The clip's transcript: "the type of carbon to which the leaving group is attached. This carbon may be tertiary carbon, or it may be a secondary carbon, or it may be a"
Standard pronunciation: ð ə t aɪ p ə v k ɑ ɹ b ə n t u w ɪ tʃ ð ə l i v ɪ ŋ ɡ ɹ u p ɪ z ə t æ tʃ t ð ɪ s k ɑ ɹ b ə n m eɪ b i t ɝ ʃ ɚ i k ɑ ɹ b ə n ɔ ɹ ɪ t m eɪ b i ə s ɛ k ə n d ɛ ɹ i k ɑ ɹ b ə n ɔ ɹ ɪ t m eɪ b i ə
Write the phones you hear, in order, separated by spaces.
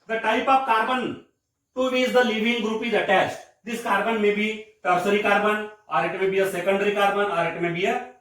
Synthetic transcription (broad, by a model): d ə t aɪ p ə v k ɑ ɹ b ə n t u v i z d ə l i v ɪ ŋ ɡ ɹ u p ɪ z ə t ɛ s t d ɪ s k ɑ ɹ b ə n m eɪ b i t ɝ s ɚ i k ɑ ɹ b ə n ɔ ɹ ɪ t m eɪ b i ə s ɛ k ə n d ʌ ɹ i k ɑ ɹ b ə n ɔ ɹ ɪ t m eɪ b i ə